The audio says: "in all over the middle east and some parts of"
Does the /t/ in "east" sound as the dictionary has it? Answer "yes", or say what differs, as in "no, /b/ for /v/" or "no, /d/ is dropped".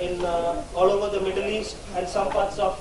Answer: no, /t/ is dropped